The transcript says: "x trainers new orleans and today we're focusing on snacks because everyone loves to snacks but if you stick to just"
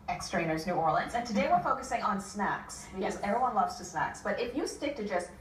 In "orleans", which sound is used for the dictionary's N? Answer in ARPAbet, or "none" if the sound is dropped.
N